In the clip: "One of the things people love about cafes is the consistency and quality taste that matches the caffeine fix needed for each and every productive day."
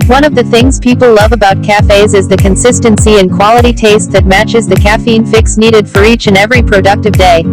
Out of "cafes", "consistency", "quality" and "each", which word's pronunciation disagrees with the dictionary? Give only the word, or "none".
none